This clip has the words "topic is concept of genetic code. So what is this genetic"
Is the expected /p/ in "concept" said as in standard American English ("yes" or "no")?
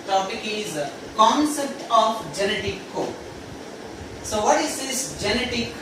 yes